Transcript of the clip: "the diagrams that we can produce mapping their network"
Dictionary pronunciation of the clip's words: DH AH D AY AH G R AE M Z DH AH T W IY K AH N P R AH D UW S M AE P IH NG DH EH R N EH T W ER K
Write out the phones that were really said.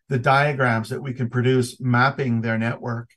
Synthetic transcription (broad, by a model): DH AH D AY AH G R AE M Z DH AH T W IY K AH N P R AH D UW S M AE P IH NG DH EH R N EH T W ER K